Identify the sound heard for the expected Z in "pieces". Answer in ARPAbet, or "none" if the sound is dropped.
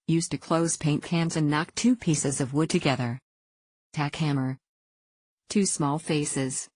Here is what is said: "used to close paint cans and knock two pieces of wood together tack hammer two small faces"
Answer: Z